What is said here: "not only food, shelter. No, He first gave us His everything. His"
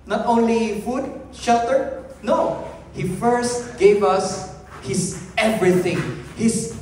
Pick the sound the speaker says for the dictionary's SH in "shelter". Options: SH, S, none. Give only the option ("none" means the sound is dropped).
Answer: SH